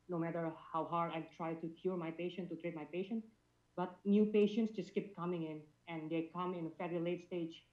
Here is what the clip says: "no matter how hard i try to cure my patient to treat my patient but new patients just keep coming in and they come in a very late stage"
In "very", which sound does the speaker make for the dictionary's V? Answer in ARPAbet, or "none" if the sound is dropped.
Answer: F